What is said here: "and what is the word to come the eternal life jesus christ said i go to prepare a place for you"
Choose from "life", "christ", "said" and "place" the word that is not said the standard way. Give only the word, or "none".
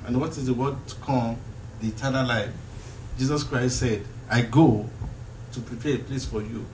none